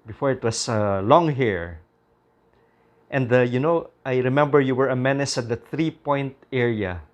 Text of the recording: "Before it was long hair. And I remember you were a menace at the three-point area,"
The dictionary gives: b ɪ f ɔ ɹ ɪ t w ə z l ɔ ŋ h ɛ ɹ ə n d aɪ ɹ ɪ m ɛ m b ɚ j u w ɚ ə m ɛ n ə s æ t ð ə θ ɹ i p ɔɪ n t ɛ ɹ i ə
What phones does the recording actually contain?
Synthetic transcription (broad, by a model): b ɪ f ɔ ɹ ɪ t w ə s l ɔ ŋ h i ɹ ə n d aɪ ɹ ɪ m ɛ m b ɚ j u w ɚ ə m ɛ n ə s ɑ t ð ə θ ɹ i p ɔɪ n t ɛ ɹ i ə